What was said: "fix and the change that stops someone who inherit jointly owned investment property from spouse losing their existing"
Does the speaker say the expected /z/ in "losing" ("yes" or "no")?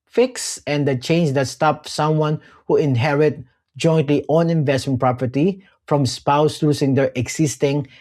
no